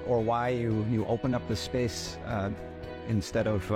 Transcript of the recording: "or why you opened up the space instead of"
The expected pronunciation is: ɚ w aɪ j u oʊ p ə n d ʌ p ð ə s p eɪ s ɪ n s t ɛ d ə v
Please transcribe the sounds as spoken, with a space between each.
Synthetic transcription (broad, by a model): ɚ w aɪ j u oʊ p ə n ʌ p ð ə s p eɪ s ɪ n s t ɛ d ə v